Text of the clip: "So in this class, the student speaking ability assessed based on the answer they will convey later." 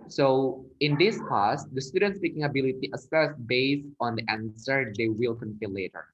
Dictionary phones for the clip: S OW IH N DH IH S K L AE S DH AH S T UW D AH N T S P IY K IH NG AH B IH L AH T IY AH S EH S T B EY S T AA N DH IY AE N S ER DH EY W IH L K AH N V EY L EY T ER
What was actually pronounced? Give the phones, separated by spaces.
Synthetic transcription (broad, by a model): S OW IH N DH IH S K AE S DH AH S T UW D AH N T S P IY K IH NG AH B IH L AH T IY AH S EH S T B EY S AA N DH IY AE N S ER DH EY W IH L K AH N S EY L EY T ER